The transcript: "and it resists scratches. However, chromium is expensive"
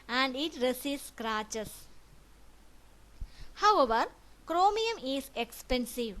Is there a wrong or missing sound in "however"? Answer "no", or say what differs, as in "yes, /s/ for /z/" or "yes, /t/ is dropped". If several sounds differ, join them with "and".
no